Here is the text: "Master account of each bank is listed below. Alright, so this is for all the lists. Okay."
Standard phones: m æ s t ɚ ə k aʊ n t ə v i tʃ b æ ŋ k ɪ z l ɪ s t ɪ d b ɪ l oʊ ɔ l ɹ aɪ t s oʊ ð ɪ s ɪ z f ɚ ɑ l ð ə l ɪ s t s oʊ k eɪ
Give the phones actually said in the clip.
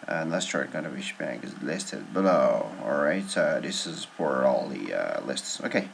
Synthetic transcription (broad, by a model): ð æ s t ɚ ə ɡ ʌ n ə b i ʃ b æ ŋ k ɪ z l ɪ s t ɪ d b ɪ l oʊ ɔ l ɹ aɪ t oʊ ð ɪ s ɪ z f ɚ ɑ l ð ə l ɪ s t s oʊ k eɪ